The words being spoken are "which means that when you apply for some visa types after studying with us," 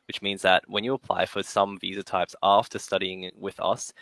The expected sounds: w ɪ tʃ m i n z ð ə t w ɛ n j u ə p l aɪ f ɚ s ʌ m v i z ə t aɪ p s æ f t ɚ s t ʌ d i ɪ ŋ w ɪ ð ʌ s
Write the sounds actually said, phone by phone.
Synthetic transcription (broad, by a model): w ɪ tʃ m i n z ð ə t w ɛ n j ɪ ə p l aɪ f ɚ s ʌ m v i z ə t aɪ p s æ f t ɚ s t ʌ d i ɪ ŋ w ɪ ð ʌ s